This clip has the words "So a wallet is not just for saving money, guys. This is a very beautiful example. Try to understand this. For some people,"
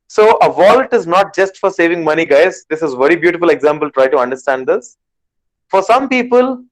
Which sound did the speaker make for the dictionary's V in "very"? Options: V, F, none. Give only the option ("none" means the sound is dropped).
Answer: V